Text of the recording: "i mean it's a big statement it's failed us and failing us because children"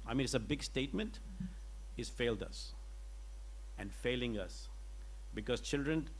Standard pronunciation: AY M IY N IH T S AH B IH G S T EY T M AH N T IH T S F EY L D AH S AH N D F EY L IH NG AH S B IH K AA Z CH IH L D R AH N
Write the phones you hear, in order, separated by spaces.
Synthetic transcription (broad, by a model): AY M IY N IH T S AH B IH G S T EY T M AH N T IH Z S F EY L D AH S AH N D F EY L IH NG AH S B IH K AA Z CH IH L D R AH N